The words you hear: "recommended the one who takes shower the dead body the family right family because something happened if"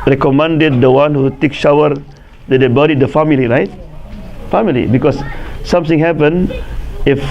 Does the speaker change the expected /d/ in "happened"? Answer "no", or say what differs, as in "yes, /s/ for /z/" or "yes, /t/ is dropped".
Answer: yes, /d/ is dropped